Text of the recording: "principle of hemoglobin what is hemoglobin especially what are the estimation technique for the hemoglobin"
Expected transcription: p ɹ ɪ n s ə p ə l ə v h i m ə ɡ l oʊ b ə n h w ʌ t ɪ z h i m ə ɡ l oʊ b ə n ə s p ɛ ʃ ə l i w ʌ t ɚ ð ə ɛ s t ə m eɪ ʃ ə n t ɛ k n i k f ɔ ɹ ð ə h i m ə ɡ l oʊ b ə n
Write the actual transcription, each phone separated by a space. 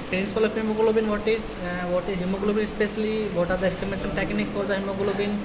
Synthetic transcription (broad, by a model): p ɹ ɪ n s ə p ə l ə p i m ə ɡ l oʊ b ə n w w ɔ t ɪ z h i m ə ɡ l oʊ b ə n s p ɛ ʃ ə l i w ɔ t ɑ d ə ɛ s t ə m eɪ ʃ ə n t ɛ k n i k p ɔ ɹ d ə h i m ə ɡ l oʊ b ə n